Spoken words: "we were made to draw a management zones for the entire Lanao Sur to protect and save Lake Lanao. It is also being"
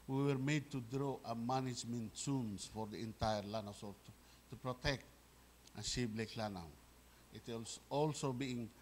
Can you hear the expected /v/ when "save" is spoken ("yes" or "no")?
no